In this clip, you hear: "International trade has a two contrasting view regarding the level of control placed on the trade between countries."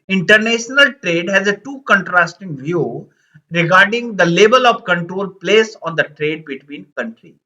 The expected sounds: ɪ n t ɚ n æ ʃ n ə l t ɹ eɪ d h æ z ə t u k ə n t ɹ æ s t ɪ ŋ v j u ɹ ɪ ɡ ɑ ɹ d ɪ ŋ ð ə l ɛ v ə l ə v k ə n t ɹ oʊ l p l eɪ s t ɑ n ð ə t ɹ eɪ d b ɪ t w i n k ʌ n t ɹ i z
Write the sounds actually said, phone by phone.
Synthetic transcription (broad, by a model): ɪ n t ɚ n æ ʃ n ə l t ɹ eɪ d h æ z ə t u k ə n t ɹ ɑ s t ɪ ŋ v j u ɹ ɪ ɡ ɑ ɹ d ɪ ŋ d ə l ɛ b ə l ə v k ə n t ɹ oʊ l p l eɪ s ɑ n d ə t ɹ eɪ d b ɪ t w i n k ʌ n t ɹ i